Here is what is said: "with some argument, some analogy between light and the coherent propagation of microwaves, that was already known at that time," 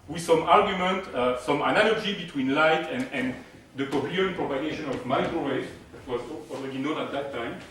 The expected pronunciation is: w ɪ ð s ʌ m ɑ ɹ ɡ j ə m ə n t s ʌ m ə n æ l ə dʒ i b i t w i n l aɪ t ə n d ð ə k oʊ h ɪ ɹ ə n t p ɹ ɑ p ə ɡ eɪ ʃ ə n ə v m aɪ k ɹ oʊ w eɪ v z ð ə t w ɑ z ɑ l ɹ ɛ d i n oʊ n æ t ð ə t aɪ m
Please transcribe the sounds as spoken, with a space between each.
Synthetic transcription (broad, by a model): w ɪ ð s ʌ m ɑ ɹ ɡ j ə m ə n t s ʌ m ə n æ l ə dʒ i b i t w i n l aɪ t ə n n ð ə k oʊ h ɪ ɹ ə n p ɹ ɑ p ə ɡ eɪ ʃ ə n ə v m aɪ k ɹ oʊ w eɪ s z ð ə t w ɑ z ɑ l ɹ ɛ d i n oʊ n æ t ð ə t aɪ m